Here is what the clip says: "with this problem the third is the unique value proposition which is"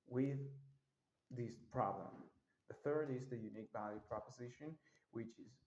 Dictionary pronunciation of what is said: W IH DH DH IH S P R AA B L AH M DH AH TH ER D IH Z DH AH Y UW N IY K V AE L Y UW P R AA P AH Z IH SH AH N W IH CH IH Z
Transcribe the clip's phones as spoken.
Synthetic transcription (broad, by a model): W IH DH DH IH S P R AA B L AH M DH AH TH ER D IH Z DH AH Y UW N IY K B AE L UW P R AA P AH Z IH SH AH N W IH CH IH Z